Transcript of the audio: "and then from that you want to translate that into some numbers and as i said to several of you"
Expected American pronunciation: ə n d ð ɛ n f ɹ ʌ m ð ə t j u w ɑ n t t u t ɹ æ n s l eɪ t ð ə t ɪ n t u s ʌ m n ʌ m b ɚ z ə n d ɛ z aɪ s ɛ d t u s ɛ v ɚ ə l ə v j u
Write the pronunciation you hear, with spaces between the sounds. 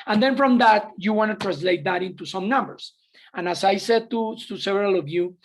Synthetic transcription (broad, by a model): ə n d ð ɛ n f ɹ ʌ m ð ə t j u w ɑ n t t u t ɹ æ n s l eɪ t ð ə t ɪ n t u s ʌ m n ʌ m b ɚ s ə n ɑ s aɪ s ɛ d t u s ɛ v ɚ ə l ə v j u